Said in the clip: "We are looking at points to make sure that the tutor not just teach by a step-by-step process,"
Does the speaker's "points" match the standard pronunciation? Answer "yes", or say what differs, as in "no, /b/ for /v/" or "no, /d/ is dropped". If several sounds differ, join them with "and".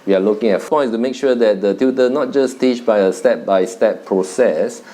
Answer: no, /f/ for /p/